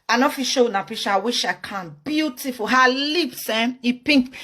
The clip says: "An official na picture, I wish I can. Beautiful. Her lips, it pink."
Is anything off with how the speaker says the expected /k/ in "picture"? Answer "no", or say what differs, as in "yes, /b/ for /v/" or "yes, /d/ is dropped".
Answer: yes, /k/ is dropped